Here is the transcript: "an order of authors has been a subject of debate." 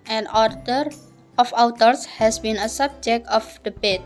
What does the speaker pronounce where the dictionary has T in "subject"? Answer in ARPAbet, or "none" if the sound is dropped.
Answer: T